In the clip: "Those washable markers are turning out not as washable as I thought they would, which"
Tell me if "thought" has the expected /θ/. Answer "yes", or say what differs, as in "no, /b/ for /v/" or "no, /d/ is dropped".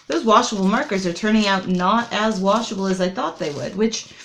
yes